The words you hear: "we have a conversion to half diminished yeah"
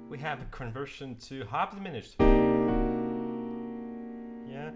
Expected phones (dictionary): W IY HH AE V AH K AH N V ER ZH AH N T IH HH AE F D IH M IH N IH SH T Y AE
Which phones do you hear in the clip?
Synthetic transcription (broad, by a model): W IY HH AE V AH K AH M V ER SH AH N T IH HH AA P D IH M IH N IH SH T Y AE